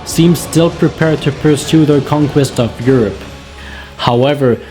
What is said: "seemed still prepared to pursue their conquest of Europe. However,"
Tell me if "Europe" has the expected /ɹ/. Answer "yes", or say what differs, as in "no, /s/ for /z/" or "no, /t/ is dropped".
yes